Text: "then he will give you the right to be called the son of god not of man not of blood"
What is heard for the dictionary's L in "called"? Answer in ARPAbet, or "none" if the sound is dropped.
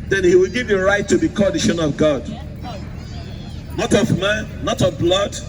none